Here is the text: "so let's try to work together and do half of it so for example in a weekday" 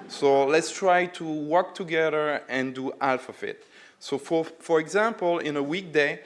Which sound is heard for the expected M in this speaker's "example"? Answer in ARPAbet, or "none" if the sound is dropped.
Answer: M